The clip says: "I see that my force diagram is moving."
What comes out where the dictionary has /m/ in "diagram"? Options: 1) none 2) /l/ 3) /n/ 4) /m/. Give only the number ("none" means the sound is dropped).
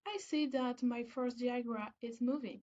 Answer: 1